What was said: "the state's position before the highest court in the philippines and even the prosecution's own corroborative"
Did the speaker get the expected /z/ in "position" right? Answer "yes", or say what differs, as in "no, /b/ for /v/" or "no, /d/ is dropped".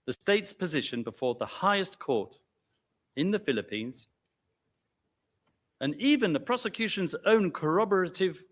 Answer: yes